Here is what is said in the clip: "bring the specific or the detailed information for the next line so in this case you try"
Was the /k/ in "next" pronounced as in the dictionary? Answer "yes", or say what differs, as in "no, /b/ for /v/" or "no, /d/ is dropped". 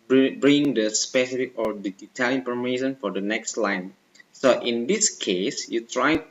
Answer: yes